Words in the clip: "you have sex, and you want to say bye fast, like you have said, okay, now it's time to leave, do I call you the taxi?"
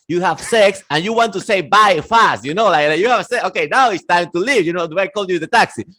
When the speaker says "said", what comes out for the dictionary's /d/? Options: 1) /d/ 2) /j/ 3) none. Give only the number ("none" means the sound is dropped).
3